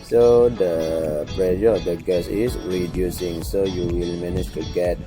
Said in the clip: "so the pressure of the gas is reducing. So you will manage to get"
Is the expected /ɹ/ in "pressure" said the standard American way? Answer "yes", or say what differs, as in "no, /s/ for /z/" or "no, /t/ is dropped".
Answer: no, /l/ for /ɹ/